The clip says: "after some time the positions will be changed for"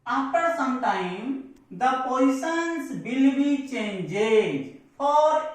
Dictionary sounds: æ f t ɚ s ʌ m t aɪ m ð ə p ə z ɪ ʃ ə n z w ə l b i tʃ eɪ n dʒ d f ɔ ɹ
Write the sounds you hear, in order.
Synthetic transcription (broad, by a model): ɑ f t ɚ s ʌ m t aɪ m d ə p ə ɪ s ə n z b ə l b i tʃ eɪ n dʒ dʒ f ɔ ɹ